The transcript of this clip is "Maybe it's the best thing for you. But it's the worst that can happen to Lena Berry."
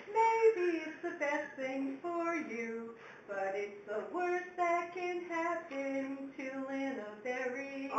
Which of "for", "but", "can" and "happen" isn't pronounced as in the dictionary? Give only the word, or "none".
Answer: happen